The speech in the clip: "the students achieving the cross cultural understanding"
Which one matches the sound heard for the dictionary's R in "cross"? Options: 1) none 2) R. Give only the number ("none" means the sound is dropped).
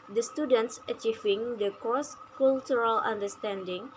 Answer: 1